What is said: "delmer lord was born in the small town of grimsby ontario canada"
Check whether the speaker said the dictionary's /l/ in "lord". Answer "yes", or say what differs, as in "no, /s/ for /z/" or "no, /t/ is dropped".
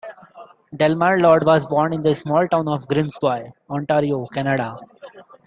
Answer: yes